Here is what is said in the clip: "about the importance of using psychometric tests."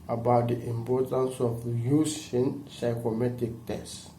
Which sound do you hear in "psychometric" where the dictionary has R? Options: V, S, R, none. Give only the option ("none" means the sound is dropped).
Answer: none